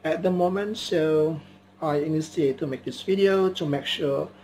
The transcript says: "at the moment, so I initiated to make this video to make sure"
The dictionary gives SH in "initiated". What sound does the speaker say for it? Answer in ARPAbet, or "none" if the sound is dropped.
S